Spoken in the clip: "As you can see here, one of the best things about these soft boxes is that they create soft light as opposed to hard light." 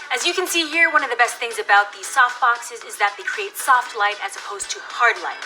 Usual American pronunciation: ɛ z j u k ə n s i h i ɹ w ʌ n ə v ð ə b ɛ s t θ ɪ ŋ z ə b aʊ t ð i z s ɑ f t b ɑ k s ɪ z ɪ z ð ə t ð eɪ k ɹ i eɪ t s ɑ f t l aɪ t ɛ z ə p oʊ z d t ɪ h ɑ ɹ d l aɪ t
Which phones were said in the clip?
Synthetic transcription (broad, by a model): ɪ z j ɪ k ə n s i h i ɹ w ʌ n ə v ð ə b ɛ s t θ ɪ ŋ z ə b aʊ t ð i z s ɑ f t b ɑ k s ɪ z ɪ z ð ə t ð eɪ k ɹ i eɪ t s ɑ f t l aɪ t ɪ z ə p oʊ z t ɪ h ɑ ɹ d l aɪ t